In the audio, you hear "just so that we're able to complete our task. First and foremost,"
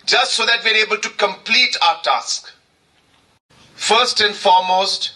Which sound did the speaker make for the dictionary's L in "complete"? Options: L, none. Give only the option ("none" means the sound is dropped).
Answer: L